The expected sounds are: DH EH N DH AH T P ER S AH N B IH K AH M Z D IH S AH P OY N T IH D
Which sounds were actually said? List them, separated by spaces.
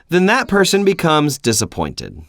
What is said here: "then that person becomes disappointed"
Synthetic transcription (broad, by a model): DH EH N DH AH T P ER S AH N B IH K AH M Z D IH S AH P OY N T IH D